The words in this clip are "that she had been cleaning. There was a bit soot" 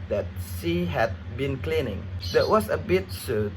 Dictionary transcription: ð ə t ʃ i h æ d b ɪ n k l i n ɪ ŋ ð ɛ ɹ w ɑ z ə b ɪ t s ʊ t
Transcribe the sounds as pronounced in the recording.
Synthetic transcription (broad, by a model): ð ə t s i h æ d b ɪ n k l i n ɪ ŋ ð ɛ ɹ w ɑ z ə b ɪ t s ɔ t